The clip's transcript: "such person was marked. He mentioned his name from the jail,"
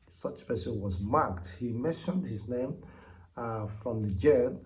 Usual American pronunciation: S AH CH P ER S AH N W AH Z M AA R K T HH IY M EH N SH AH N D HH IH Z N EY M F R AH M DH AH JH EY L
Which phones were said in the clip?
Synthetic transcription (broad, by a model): S AH CH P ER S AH W AH Z M AA R K T HH IY M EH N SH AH N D HH IH Z N EY M F R AH M DH AH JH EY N